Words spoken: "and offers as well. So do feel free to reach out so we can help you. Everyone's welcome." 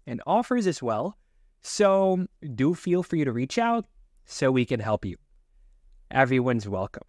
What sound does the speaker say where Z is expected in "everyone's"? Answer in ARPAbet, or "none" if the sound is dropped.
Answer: Z